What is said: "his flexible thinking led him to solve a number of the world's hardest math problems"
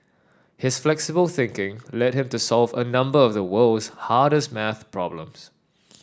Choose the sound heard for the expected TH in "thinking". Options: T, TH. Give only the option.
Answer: TH